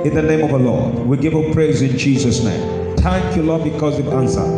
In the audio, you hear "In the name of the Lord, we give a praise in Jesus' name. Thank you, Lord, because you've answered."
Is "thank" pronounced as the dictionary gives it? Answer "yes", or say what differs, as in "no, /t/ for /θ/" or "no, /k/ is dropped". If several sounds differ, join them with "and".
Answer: no, /t/ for /θ/ and /ŋ/ is dropped